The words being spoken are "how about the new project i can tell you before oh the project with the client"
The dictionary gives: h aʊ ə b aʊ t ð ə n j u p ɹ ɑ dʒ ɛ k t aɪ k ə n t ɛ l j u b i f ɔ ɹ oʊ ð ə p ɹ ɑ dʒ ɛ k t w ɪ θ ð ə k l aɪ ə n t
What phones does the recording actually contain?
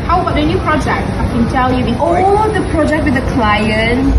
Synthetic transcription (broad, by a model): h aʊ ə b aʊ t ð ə n j u p ɹ ɑ dʒ ɛ k t aɪ k ə n t ɛ l j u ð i ɔ l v ð ə p ɹ ɑ dʒ ɛ k t w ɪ ð ə k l aɪ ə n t